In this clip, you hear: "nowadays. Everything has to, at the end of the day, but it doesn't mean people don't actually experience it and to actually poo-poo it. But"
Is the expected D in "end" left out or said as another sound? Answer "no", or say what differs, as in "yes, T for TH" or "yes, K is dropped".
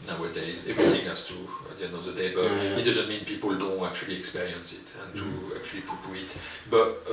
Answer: yes, D is dropped